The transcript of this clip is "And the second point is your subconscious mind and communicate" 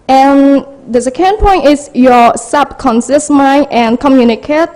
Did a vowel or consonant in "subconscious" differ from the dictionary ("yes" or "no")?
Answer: yes